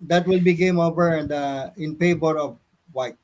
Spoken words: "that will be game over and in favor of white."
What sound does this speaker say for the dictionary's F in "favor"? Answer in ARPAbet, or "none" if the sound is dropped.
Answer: P